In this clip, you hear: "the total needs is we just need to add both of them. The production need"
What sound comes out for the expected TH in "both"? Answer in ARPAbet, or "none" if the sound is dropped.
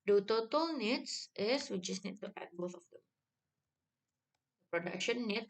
S